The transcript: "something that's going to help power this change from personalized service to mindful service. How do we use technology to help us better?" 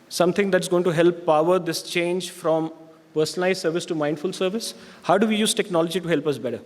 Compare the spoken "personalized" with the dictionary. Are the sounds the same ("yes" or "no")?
no